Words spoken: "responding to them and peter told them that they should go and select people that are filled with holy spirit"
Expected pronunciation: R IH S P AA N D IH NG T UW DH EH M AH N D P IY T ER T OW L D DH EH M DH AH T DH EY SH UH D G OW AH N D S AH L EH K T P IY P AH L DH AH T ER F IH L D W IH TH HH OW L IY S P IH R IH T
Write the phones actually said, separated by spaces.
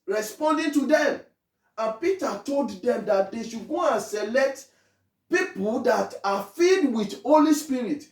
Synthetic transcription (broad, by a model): R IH S P AA N D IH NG T UW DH EH M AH N P IY T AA T OW L D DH EH M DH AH T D EY SH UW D G OW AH N S AH L EH K T P IY P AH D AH T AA F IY D W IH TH HH OW L IY S P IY R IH T